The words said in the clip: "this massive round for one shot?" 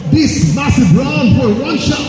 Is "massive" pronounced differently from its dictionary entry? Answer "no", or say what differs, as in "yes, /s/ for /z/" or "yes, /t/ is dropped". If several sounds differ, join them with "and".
yes, /b/ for /v/